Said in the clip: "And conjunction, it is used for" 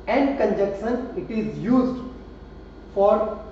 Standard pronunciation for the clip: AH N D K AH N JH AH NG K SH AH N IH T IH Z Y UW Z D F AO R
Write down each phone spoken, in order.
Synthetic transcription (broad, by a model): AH N D K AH N JH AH K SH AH N IH T IH Z Y UW Z D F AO R